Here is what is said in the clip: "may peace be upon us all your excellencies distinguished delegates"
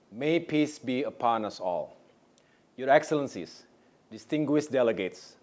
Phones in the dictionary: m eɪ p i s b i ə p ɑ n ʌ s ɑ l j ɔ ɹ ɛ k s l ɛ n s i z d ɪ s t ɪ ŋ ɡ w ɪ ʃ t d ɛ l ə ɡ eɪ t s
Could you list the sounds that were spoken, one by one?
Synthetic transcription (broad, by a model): m eɪ p i s b i ə p ɑ n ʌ s ɑ l j ɔ ɹ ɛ k s l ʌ n s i s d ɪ s t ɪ ŋ ɡ w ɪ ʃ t d ɛ l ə ɡ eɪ t s